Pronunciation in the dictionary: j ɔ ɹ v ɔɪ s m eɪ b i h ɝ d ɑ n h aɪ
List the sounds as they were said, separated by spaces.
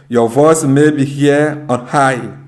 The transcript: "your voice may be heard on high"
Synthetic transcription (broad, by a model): j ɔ v ɔɪ s m eɪ b i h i ɑ n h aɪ